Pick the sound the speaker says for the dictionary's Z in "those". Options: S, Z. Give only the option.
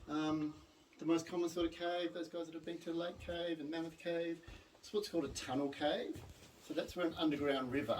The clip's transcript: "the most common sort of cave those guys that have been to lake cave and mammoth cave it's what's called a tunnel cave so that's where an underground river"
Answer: Z